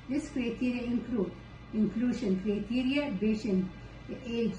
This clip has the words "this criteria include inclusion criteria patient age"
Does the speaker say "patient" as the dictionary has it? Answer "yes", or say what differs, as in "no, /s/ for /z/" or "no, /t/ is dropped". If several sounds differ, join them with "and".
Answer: no, /b/ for /p/